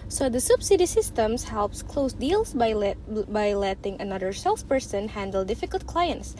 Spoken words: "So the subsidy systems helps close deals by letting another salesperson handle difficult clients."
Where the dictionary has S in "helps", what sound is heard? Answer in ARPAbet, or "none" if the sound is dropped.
S